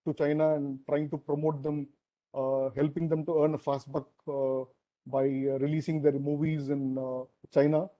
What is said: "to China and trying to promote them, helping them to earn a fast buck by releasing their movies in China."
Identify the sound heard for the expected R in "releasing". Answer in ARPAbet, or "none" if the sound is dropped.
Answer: R